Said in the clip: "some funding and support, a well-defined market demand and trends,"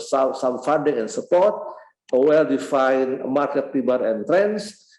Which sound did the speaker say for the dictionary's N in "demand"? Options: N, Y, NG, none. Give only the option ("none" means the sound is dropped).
none